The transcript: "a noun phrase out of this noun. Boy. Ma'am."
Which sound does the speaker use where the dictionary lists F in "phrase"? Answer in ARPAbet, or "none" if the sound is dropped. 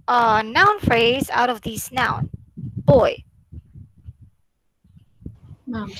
F